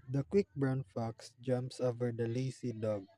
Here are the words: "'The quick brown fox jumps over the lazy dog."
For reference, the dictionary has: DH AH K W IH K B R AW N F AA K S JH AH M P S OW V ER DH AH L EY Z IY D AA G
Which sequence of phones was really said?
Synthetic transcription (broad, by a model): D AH K W IH K B R AW N F AA K S JH AH M P S OW V ER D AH L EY S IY D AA G